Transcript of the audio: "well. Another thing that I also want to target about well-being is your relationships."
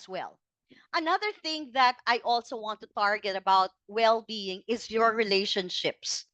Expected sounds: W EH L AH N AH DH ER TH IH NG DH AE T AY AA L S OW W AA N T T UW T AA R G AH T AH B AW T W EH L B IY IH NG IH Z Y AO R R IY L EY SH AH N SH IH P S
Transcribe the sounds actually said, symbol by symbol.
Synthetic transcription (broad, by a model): W EH L AH N AH DH ER TH IH NG DH AE T AY AA L S OW W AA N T T UW T AA R G AH T AH B AW T W EH L B IY IH NG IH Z Y AO R R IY L EY SH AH N SH IH P S